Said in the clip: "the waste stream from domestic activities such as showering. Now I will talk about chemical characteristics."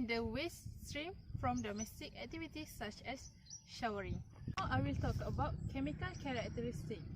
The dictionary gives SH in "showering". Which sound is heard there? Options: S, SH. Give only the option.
SH